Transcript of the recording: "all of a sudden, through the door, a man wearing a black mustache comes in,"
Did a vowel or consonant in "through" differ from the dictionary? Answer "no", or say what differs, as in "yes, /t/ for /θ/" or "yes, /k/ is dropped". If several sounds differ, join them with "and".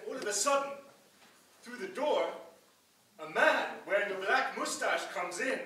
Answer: no